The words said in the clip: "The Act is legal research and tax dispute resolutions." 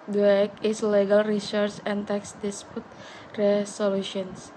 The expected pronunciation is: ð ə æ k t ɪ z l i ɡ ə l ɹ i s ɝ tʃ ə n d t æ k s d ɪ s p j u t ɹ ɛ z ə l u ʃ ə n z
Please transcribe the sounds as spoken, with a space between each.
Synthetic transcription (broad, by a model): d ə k ɪ s l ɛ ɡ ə l ɹ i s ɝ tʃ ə n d t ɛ k s d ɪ s p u t ɹ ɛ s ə l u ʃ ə n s